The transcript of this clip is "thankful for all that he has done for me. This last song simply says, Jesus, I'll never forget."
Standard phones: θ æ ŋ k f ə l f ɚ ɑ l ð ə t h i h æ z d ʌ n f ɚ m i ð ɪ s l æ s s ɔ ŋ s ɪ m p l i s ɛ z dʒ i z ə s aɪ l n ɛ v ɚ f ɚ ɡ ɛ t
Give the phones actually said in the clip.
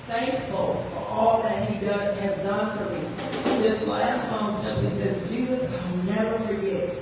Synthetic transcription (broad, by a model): θ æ ŋ k f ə l f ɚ ɑ l ð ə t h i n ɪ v d ʌ n f ɚ m i ð ɪ s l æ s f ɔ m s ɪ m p i s ɛ z dʒ i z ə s aɪ l n ɛ v ɚ f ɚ ɡ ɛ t